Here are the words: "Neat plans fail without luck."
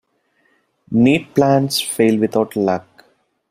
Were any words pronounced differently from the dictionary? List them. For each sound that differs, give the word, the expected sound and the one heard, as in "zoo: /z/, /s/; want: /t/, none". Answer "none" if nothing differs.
plans: /z/, /s/; without: /θ/, /t/